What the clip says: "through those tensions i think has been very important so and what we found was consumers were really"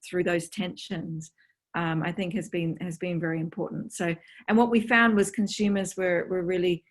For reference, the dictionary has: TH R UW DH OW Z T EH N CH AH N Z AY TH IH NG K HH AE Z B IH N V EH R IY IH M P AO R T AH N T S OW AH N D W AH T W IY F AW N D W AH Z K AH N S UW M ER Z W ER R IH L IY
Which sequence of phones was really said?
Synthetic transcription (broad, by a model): TH R UW DH OW Z T EH N SH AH N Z AY TH IH NG K HH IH Z B IH N V EH R IY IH M P AO R T N T S OW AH N W AH T W IY F AW N D W AH Z K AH N S UW M ER Z W ER R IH L IY